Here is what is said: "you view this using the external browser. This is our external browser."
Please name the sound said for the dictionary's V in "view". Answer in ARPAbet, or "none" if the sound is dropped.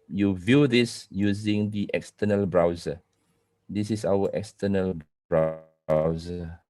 V